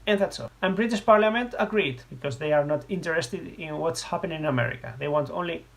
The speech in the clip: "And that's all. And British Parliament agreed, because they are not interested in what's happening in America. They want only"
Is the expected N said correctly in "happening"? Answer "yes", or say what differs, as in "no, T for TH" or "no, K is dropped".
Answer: no, N is dropped